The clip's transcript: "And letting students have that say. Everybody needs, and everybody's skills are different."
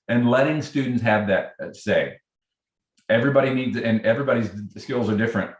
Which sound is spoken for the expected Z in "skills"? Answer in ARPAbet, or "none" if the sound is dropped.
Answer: Z